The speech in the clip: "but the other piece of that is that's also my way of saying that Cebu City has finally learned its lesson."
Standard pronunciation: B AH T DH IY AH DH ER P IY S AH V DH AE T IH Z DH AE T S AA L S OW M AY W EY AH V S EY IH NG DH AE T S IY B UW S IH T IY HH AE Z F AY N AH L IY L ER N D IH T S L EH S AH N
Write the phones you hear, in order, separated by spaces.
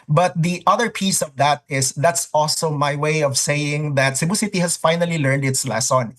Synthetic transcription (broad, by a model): B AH T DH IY AH DH ER P IY S AH V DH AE T IH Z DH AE T S AA L S OW M AY W EY AH V S EY IH NG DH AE T S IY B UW S IH T IY HH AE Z F AY N AH L IY L ER N D IH T S L EH S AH N